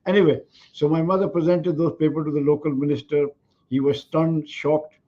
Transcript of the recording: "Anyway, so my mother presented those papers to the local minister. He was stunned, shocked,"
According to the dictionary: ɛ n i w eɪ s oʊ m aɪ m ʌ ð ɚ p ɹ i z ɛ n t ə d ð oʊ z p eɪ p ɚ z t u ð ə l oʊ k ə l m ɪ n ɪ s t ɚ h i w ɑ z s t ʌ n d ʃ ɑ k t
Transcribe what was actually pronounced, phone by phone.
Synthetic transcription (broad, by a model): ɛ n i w eɪ s oʊ m aɪ m ʌ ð ɚ p ɹ i z ɛ n t ə d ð oʊ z p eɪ p ɚ t u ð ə l oʊ k ə l m ɪ n ɪ s t ɚ h i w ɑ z s t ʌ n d ʃ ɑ k t